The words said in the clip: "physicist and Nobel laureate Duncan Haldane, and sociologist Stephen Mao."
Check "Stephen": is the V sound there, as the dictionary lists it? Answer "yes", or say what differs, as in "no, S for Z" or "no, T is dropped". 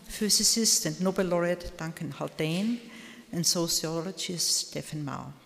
no, F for V